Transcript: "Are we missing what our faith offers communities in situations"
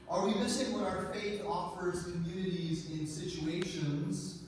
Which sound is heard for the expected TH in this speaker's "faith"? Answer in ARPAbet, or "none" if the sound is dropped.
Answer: TH